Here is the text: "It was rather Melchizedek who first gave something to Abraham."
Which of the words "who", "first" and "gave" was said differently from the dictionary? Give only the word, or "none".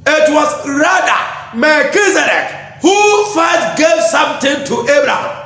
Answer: first